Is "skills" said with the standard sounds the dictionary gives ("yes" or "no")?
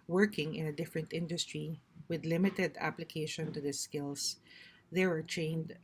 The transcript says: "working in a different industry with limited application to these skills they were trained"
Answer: no